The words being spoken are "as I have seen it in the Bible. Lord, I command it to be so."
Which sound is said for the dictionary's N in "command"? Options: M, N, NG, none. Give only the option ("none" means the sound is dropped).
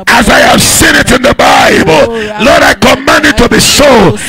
N